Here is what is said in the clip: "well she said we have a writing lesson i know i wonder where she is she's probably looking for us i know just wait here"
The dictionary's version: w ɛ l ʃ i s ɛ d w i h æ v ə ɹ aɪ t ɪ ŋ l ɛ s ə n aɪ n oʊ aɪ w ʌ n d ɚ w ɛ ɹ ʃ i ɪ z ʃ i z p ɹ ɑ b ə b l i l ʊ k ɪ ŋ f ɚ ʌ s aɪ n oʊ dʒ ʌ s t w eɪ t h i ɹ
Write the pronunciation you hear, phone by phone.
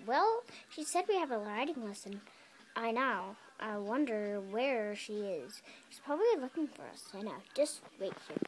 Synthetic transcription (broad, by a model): w ɛ l ʃ i s ɛ d w i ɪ v ə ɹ aɪ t ɪ ŋ l ɛ s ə n aɪ n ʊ aɪ w ʌ n d ɚ w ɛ ɹ ʃ i ɪ z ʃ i s p ɹ ɑ b ə b l i l ʊ k ɪ ŋ f ɚ ʌ s aɪ n oʊ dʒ ʌ s t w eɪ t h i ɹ